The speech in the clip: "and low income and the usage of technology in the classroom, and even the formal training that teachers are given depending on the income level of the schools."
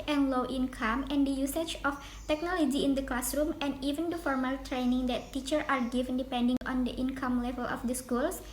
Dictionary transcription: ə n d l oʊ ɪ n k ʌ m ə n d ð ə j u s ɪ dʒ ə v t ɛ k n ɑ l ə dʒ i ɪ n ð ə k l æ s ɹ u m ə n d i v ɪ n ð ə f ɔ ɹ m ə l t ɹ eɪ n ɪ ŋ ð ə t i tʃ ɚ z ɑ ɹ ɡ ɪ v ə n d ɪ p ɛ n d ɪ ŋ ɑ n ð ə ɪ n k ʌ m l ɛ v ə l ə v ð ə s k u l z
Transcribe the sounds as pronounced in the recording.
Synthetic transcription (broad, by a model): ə n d l oʊ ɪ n k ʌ m ə n d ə j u s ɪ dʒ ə f t ɛ k n ɑ l ə dʒ i ɪ n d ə k l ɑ s ɹ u m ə n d i v ɪ n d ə f ɔ ɹ m ə l t ɹ eɪ n ɪ ŋ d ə t i tʃ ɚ ɑ ɹ ɡ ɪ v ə n d ɪ p ɛ n d ɪ ŋ ɑ n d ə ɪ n k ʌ m l ɛ v ə l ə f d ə s k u l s